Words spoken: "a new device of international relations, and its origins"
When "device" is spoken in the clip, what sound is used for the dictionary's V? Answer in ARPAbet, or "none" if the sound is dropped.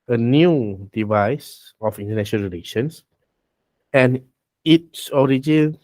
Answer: V